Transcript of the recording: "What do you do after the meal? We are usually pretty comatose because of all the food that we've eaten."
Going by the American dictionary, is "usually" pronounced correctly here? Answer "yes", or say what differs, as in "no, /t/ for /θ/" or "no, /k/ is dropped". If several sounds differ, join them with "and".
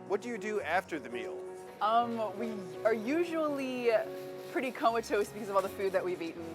yes